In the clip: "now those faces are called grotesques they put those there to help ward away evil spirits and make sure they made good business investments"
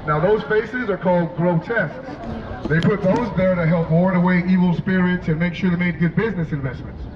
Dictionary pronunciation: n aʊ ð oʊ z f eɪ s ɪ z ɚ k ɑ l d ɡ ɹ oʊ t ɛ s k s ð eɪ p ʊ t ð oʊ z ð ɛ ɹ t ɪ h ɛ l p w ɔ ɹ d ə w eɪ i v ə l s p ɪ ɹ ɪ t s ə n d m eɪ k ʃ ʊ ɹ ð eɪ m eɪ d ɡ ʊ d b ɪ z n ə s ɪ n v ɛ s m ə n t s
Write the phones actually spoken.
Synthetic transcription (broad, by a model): n aʊ ð oʊ z f eɪ s ɪ z ɚ k ɑ l d ɡ ɹ oʊ t ɛ s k s ð eɪ p ʊ t ð oʊ z ð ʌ ɹ t ɪ h ɛ l p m ɔ ɹ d ə w eɪ i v l s p ɪ ɹ ɪ t s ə n m eɪ k ʃ ʊ ɹ ð eɪ m eɪ d ɡ ʊ d b ɪ z n ə s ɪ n v ɛ s m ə n t s